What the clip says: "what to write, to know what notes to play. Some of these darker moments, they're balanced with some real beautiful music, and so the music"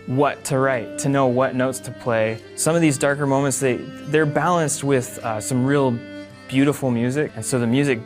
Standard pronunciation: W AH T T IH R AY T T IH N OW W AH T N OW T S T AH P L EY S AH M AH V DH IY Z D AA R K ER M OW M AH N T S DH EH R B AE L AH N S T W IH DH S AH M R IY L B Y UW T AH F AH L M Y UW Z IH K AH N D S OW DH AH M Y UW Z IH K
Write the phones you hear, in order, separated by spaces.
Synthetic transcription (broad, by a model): W AH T T IH R AY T T IH N OW W AH T N OW T S T AH P L EY S AH M AH V DH IY Z D AA R K ER M OW M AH N T S DH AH R B AE L AH N S T W IH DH S AH M R IY L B Y UW T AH F L M Y UW Z IH K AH N S OW DH AH M Y UW Z IH K